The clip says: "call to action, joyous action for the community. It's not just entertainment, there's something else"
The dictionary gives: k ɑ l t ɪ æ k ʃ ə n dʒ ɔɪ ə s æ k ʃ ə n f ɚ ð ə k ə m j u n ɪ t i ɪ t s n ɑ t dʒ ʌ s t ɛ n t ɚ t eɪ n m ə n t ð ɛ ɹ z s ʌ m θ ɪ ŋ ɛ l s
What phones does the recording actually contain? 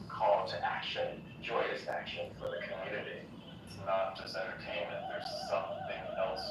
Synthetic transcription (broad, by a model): k ɑ l t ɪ æ k ʃ ə n dʒ ɔɪ ə s æ k ʃ ə n f ɚ ð ə k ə m j u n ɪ t i ɪ t s n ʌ t dʒ ʌ s t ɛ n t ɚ t eɪ n m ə n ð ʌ ɹ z s ʌ m θ ɪ ŋ ɛ l s